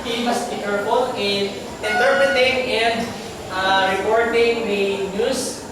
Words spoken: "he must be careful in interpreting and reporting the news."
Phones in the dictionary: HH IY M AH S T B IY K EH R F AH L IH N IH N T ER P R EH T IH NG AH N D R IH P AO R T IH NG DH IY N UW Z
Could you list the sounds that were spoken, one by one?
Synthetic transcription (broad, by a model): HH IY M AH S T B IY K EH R P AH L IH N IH N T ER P R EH T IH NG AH N D R IH P AO R T IH NG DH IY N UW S